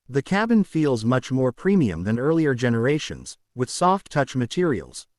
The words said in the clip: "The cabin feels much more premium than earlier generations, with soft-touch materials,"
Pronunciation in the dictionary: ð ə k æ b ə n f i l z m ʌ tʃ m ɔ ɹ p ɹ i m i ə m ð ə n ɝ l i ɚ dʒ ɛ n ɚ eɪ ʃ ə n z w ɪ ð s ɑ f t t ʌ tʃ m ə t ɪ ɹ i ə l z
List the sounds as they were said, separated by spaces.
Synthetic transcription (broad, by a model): ð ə k æ b ə n f i l z m ʌ tʃ m ɔ ɹ p ɹ i m i ə m ð ə n ɝ l i ɚ dʒ ɛ n ɚ eɪ ʃ ə n z w ɪ ð s ɑ f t t ʌ tʃ m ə t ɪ ɹ i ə l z